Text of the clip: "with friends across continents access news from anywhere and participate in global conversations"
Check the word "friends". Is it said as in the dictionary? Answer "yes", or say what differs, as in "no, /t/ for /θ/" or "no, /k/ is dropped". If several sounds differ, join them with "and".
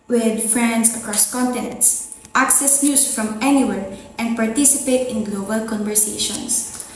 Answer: no, /s/ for /z/